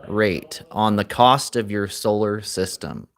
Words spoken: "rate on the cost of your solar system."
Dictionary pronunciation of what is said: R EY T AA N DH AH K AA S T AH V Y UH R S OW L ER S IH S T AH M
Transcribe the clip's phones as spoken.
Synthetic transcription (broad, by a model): R EY T N DH AH K AA S T AH V Y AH R S OW L ER S IH S T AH M